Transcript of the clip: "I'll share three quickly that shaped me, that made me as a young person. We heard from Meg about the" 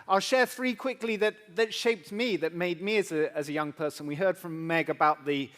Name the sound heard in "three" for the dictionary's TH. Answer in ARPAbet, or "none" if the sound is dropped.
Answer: TH